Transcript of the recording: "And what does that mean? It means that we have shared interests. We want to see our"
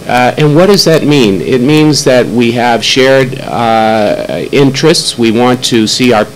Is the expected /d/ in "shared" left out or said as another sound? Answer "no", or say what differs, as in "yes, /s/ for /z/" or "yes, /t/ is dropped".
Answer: no